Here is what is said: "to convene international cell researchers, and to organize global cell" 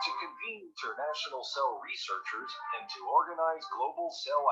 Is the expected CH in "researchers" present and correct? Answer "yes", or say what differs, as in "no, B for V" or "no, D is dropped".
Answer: yes